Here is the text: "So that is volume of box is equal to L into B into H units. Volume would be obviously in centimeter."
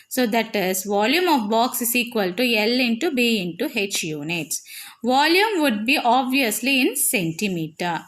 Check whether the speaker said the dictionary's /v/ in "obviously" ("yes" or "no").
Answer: yes